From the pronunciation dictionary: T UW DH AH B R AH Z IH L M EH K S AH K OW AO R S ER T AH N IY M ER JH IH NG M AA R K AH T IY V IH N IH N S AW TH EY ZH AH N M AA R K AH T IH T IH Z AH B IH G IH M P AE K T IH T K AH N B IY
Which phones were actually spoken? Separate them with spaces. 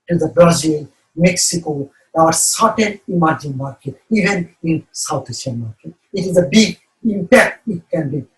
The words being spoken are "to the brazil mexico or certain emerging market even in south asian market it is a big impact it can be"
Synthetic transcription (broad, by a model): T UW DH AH B R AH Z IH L M EH K S AH K OW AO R S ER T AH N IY M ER JH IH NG M AA R K AH T IY V IH N IH N S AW T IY S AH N M AA R K AH T IH T IH Z AH B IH G IH M P AE K T IH T K AH N B IY